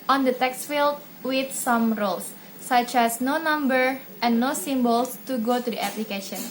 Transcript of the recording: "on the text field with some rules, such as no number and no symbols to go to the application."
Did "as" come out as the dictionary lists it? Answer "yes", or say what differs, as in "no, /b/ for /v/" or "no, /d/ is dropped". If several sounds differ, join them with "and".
no, /s/ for /z/